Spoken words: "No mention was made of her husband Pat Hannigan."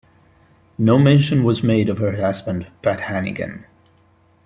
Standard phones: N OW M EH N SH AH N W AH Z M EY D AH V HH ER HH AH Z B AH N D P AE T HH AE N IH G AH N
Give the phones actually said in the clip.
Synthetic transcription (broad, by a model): N OW M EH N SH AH N W AH Z M EY D AH V HH ER HH AH Z B AH N D B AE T HH AE N IH G AH N